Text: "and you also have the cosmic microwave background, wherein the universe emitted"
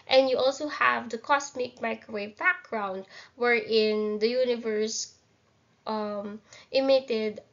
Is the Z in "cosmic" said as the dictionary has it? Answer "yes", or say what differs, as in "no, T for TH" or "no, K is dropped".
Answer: no, S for Z